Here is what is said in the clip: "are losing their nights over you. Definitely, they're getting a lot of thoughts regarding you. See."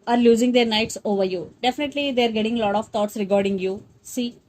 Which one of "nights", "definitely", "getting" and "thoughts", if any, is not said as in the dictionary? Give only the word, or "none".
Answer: thoughts